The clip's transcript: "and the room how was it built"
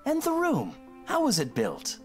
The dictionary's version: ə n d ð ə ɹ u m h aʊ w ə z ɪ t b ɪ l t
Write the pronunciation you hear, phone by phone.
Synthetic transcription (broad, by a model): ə n ð ə ɹ u m h aʊ w ə z ɪ t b ɪ l t